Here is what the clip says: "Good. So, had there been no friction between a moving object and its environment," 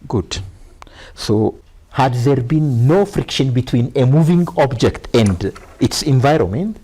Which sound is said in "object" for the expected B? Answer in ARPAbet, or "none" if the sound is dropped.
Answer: B